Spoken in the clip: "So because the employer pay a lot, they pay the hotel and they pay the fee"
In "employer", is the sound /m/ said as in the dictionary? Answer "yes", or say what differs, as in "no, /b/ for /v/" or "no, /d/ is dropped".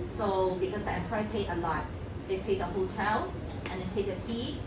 no, /m/ is dropped